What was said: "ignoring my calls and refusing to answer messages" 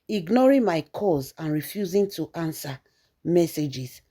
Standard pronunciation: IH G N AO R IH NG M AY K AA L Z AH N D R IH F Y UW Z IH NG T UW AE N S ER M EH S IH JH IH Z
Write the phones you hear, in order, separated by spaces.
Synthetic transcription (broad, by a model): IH G N AO R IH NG M AY K AA Z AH N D R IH F Y UW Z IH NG T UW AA N S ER M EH S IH JH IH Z